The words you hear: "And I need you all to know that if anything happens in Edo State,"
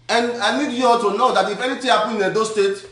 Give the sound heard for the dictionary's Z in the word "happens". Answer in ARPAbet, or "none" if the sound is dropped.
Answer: none